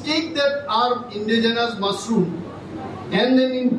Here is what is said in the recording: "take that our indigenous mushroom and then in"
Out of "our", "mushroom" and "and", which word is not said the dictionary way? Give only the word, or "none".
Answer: mushroom